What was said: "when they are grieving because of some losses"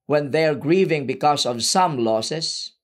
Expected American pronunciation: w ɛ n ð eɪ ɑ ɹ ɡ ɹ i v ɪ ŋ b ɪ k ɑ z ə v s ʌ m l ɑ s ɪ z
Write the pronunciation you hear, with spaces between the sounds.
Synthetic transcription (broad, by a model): w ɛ n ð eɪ ɑ ɹ ɡ ɹ i v ɪ ŋ b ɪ k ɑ s ə v s ʌ m l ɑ s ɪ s